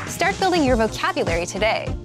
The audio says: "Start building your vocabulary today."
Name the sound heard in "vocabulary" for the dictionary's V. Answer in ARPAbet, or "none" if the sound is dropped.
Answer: V